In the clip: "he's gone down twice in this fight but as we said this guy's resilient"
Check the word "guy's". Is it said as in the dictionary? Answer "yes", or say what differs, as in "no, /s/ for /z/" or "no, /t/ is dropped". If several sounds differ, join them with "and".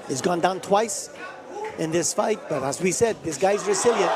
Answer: yes